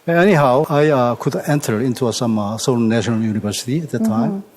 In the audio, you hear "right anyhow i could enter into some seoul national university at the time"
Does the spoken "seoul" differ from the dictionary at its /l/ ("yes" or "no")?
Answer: yes